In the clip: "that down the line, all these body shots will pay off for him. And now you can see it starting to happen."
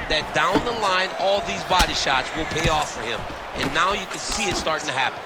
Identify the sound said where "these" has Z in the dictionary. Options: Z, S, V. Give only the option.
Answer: Z